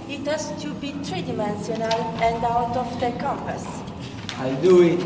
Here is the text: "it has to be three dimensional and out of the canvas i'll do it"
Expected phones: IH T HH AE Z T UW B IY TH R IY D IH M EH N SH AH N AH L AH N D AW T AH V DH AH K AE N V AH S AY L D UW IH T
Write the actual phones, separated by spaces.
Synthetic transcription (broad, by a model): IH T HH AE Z T UW B IY T R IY D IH M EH N S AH N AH L AH N D AW T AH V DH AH K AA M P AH S AY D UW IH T